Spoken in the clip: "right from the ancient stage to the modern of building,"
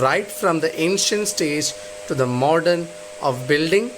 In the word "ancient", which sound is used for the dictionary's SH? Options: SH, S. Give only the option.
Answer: SH